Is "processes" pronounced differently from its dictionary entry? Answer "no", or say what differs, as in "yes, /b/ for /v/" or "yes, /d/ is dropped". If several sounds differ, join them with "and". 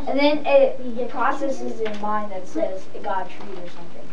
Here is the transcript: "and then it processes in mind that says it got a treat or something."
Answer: no